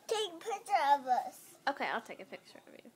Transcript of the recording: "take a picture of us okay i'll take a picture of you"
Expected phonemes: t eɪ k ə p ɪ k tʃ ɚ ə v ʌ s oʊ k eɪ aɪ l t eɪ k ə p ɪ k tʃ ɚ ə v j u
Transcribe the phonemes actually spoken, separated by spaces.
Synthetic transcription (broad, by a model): t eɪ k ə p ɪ tʃ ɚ ə v ʌ s oʊ k eɪ aɪ l t eɪ k ə p ɪ k tʃ ɚ ə v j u